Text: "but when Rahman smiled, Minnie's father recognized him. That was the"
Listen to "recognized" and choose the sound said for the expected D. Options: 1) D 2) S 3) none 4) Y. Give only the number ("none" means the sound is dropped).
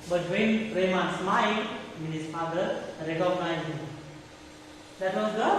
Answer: 3